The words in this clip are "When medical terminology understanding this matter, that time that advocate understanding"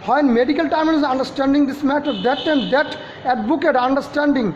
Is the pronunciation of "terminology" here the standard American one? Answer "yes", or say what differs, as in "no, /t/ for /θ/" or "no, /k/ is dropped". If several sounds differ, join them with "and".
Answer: no, /m/ is dropped